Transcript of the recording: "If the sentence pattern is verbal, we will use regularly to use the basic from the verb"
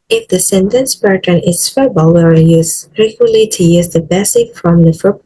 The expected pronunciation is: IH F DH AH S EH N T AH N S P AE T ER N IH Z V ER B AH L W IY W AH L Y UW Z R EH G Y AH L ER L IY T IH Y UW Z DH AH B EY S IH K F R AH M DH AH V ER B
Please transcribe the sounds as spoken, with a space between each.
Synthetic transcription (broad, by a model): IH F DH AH S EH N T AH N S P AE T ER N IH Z F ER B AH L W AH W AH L Y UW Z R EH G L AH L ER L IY T IH Y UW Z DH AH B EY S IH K F R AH M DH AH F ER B